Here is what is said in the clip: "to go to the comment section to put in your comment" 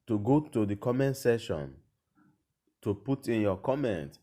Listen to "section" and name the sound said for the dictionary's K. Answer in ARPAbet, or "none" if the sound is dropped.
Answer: none